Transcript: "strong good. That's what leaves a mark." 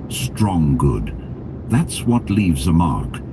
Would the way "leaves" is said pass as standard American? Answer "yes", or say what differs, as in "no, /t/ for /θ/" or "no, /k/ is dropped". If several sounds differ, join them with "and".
yes